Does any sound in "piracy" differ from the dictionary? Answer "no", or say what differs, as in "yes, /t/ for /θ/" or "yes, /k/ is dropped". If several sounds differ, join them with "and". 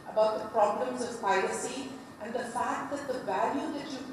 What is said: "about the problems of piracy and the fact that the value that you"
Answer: yes, /l/ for /ɹ/